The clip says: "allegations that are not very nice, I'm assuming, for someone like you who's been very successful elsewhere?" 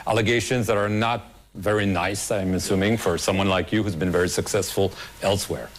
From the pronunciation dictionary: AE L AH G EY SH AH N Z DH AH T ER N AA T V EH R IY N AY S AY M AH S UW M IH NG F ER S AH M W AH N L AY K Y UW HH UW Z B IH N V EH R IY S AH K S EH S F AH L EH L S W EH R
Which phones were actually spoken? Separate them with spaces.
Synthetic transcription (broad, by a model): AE L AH G EY SH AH N Z DH AH T ER N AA T V EH R IY N AY S AY M AH S UW M IH NG F ER S AH M W AH N L AY K Y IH HH UW Z B IH N V EH R IY S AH K S EH S F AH L EH L S W EH R